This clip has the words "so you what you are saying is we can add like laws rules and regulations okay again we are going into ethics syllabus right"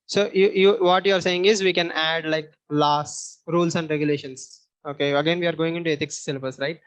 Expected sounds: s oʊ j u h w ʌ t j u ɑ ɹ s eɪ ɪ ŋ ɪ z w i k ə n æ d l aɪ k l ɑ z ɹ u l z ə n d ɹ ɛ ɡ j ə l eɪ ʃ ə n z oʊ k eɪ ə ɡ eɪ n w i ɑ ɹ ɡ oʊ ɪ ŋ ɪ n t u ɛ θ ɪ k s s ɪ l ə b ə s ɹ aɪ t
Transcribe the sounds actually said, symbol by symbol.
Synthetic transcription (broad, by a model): s oʊ j u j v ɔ t j u ɑ ɹ s eɪ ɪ ŋ ɪ z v i k ə n æ d l aɪ k l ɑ s ɹ u l s ə n d ɹ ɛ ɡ j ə l eɪ ʃ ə n s oʊ k eɪ ə ɡ eɪ n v i ɑ ɹ ɡ oʊ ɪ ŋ ɪ n t u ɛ t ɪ k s s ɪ l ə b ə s ɹ aɪ t